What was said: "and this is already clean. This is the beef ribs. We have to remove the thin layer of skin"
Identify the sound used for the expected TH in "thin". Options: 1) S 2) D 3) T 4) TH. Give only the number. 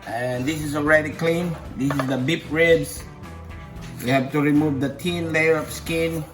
3